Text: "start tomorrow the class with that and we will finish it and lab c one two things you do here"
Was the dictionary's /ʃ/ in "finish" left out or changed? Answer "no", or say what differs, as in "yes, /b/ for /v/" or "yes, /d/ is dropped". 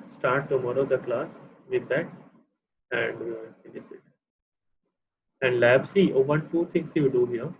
yes, /s/ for /ʃ/